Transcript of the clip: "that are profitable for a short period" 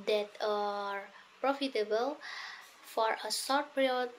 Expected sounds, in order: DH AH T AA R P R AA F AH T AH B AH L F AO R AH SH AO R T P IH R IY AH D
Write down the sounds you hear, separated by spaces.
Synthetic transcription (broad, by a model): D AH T AA R P R AA F AH T AH B AH L F AO R AH S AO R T P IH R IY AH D